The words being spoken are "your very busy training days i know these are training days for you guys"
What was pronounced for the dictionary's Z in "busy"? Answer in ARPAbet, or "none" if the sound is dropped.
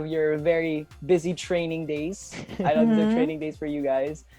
Z